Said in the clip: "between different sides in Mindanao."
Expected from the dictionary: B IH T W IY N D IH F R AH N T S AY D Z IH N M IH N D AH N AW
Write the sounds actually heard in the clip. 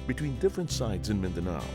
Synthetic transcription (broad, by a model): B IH T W IY N D IH F R AH N T S AY D Z IH N M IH N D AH N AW